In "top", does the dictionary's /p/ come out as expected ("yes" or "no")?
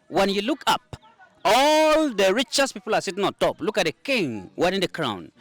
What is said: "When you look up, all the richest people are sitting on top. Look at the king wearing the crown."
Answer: yes